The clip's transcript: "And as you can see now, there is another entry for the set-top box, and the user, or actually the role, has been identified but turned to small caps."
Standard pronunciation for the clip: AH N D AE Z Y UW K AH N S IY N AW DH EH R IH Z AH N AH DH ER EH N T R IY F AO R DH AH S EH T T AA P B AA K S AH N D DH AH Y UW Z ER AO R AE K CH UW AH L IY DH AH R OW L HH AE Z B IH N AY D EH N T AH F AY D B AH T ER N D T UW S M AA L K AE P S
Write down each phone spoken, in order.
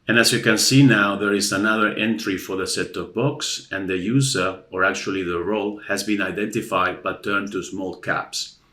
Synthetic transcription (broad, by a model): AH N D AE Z Y UW K AH N S IY N AW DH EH R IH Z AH N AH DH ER EH N T R IY F AO R DH AH S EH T T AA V B AA K S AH N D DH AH Y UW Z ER AO R AE K CH UW AH L IY DH AH R OW L HH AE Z B IH N AY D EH N T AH F AY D B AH T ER N T UW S M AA L K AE P S